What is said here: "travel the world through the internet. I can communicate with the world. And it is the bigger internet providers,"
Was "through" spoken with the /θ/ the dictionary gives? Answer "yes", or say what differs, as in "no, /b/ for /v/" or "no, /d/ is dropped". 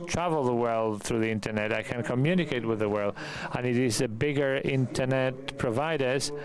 yes